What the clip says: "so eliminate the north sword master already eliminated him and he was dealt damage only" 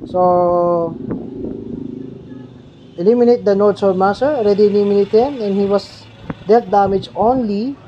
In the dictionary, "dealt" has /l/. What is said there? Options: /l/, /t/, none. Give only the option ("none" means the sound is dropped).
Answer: none